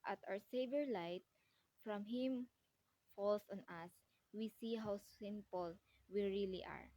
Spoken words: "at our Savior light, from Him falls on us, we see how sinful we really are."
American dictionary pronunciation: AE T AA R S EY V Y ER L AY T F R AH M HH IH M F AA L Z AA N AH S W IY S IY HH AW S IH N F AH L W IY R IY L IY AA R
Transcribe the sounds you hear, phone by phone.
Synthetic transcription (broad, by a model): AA T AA W S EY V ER L AY T F R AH M HH IH M F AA L S AA N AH S W IY S IY HH AW S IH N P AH L W IY R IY L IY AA R